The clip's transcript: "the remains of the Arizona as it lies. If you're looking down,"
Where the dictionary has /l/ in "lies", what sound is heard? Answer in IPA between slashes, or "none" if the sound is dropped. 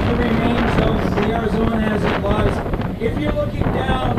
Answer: /w/